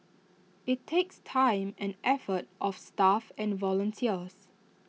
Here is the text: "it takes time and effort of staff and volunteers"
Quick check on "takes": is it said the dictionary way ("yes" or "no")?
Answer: yes